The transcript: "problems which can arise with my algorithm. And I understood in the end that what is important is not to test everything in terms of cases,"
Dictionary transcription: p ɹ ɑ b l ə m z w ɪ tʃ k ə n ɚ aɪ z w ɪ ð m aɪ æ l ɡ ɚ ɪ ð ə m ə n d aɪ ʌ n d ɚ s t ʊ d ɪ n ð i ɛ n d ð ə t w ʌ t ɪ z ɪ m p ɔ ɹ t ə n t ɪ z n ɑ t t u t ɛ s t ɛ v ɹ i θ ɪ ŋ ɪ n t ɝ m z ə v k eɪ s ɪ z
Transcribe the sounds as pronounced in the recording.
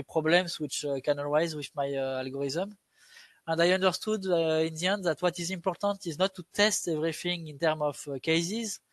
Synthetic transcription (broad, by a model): p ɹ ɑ b l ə m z w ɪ tʃ k ə n ɚ aɪ z w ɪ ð m aɪ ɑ l ɡ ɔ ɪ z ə m ə n d aɪ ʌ n d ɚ s t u d ɪ n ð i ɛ n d ð ə t w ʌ t ɪ z ɪ m p ɔ ɹ t ə n t ɪ z n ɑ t t u t ɛ s t ɛ v ɹ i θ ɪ ŋ ɪ n t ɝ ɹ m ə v k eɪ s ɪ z